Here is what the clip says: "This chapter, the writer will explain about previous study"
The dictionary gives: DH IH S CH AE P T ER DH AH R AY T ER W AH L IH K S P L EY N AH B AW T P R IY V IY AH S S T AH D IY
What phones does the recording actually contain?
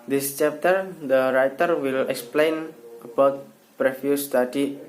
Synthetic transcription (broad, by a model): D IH S CH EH P T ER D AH R AY T ER W AH L IH K S P L EY N AH B AW T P R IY F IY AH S S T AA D IY